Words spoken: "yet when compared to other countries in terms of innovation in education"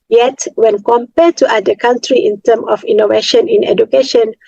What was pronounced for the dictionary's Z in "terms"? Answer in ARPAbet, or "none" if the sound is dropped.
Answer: none